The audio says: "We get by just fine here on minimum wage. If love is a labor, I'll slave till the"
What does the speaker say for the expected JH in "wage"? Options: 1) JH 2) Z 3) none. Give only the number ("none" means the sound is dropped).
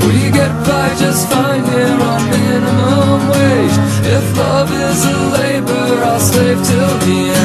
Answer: 3